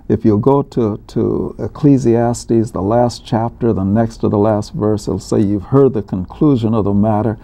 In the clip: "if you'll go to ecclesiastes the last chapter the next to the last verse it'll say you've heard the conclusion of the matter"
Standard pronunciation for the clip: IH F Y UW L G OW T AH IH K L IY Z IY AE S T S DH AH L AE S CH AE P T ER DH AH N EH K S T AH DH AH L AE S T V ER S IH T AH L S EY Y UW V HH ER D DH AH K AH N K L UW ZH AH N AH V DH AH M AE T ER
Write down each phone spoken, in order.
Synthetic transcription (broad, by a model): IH F Y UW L G OW T AH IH K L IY Z IY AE S T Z DH AH L AE S CH AE P T ER DH AH N EH K S T AH DH AH L AE S T V ER S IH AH L S EY Y UW V HH ER D DH AH K AH N K L UW ZH AH N AH V DH AH M AE T ER